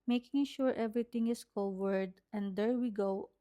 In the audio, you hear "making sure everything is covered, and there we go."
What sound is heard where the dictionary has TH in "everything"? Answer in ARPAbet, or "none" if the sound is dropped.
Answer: T